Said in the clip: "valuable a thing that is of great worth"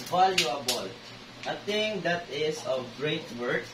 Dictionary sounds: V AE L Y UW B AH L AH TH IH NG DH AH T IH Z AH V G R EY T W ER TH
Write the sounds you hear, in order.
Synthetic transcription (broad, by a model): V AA L Y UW B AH L AH T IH NG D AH T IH S AH V G R EY T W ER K